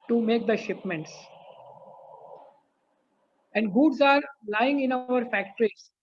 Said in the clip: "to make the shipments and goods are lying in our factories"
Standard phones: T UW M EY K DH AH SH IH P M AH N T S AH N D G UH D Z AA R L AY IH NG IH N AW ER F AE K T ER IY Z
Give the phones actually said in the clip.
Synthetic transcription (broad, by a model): T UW M EY K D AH SH IH P M AH N T S AH N D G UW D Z AA R L AY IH NG IH N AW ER F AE K T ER IY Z